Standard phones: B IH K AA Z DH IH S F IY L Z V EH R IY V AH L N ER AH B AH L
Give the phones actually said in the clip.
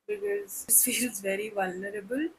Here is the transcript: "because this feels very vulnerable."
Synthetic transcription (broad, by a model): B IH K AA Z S F IY L Z V EH R IY V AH L N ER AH B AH L